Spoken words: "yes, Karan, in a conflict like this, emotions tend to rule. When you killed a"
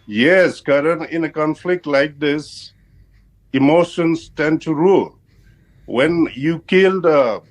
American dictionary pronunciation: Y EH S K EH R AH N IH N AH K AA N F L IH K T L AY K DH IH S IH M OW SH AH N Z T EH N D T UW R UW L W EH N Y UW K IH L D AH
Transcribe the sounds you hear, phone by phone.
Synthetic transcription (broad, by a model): Y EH S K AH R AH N IH N AH K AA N F L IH K T L AY K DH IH S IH M OW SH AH N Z T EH N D T UW R UW L W EH N Y UW K IH L D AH